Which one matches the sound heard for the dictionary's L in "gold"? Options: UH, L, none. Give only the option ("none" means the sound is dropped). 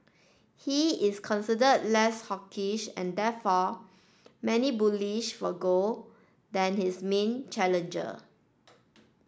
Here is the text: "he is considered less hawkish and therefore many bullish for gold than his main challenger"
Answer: none